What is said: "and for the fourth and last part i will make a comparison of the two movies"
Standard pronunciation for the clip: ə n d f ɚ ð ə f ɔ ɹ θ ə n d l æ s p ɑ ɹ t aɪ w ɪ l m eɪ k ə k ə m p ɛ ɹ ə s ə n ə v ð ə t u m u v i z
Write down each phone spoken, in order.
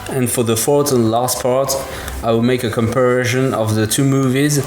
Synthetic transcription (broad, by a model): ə n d f ɚ ð ə f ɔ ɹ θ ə n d l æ s p ɑ ɹ t aɪ w ɪ l m eɪ k ə k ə m p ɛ ɹ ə ʃ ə n ə v ð ə t u m u v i z